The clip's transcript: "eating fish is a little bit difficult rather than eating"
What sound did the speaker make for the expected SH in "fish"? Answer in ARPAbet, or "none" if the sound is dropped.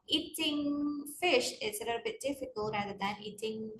SH